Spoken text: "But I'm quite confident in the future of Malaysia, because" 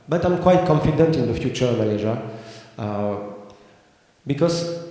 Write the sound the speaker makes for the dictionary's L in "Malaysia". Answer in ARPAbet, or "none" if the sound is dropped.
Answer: N